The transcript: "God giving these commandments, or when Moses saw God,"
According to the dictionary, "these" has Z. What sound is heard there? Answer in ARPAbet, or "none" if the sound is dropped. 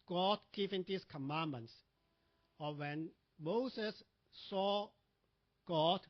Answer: S